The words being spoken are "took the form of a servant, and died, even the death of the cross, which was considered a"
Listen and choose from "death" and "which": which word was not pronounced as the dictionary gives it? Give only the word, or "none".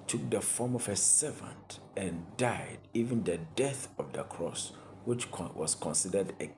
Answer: none